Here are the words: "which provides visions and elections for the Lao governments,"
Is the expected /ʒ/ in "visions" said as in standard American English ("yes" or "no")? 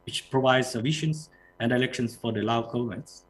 no